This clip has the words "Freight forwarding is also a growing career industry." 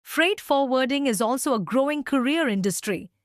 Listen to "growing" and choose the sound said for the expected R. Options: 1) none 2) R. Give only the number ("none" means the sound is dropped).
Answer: 2